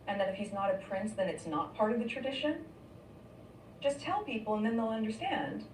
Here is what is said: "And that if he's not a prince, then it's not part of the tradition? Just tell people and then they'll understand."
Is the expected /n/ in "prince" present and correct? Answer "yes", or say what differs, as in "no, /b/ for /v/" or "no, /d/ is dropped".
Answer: yes